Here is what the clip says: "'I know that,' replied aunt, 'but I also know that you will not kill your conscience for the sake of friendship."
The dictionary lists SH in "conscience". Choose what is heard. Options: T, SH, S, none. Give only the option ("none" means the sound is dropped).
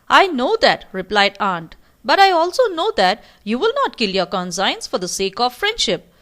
S